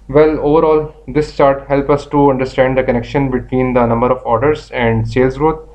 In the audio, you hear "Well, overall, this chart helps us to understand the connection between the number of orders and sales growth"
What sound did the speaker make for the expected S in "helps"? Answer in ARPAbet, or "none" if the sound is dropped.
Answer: none